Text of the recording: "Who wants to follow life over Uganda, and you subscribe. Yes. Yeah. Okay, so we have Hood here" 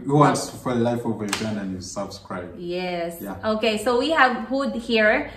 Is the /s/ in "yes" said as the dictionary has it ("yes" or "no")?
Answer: yes